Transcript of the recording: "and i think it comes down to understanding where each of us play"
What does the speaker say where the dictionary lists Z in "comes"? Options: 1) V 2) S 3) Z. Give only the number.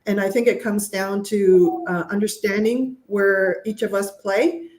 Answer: 3